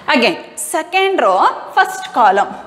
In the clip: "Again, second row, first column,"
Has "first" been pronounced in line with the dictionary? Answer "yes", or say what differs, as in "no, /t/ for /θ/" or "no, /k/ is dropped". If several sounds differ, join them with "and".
no, /p/ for /f/